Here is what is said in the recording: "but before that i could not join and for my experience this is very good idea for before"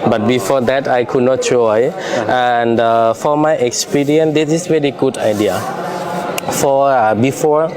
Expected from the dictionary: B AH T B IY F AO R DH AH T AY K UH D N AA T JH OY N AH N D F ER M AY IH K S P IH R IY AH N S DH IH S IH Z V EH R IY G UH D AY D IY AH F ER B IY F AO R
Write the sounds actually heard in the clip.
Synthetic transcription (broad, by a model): B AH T B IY F AO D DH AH T AY K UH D N AA T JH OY AH N D F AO M AY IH K S P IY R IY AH N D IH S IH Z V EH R IY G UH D AY D IY AH F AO B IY F AO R